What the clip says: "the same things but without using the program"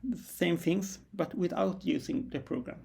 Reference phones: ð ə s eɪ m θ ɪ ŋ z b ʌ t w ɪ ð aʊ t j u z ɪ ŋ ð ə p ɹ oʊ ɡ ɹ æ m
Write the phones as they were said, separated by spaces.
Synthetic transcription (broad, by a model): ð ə s eɪ m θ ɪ ŋ s b ʌ t w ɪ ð aʊ t j u s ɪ ŋ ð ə p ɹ oʊ ɡ ɹ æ m